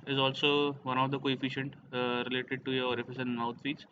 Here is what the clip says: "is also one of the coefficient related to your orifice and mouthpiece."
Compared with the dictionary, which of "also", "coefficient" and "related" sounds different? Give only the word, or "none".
none